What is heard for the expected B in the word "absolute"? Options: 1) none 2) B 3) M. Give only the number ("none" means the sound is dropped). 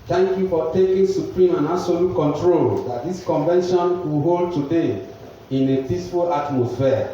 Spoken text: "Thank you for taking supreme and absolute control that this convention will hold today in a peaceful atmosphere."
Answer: 1